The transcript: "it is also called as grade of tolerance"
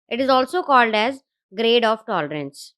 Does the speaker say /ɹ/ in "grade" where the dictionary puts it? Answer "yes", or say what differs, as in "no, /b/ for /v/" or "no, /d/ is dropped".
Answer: yes